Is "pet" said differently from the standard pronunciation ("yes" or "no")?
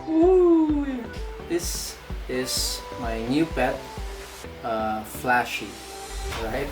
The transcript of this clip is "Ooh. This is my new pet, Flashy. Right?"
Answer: yes